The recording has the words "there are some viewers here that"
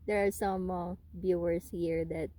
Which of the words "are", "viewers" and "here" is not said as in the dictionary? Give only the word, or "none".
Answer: viewers